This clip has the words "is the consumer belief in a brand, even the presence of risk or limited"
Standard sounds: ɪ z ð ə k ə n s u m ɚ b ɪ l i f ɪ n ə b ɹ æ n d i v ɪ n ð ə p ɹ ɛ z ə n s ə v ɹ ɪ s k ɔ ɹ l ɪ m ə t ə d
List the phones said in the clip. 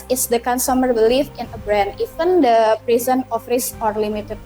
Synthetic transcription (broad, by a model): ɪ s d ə k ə n s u m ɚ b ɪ l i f ɪ n ə b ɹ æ n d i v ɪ n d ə p ɹ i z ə n ə f ɹ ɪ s ɔ ɹ l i m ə t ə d